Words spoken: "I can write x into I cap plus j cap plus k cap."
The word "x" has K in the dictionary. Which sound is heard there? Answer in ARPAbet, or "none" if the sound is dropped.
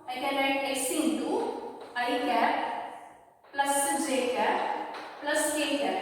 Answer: none